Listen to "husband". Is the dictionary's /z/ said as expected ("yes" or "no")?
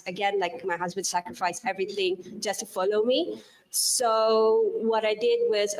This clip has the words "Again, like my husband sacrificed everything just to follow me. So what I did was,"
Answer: yes